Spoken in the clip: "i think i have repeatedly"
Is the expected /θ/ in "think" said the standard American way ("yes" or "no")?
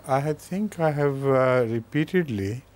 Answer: no